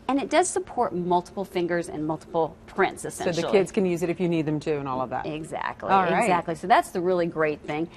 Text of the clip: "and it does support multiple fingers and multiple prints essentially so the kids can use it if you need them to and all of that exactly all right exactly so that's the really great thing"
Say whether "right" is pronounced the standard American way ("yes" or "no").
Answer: no